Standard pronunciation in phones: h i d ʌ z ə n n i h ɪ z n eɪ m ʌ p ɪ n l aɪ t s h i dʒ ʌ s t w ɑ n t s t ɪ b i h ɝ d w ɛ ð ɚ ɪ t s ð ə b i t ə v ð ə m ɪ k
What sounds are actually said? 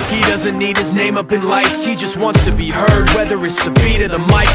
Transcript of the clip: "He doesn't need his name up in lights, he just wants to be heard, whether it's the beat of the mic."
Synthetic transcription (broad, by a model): h i d ʌ z ə n n i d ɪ z n eɪ m ʌ p ɪ n l aɪ t s h i dʒ ʌ s t w ɑ n t s t ɪ b i h ɝ d w ɛ ð ɚ ɪ t s ð ə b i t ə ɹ ð ə m ɪ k